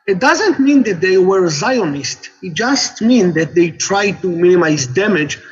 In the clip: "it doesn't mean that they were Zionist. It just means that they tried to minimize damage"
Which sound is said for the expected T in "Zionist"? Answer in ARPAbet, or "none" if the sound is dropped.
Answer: T